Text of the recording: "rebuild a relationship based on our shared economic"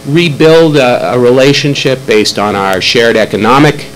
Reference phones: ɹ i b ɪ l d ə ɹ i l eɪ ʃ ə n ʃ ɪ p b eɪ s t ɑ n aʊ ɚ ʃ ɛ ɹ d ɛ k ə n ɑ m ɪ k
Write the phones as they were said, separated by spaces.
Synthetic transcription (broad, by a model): ɹ i b ɪ l d ə ɹ i l eɪ ʃ ə n ʃ ɪ p b eɪ s t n aʊ ɚ ʃ ɛ ɹ d ɛ k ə n ɑ m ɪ k